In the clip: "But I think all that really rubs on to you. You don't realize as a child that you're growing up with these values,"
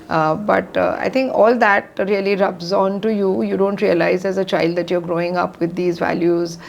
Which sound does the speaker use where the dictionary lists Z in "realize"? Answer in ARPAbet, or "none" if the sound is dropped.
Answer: Z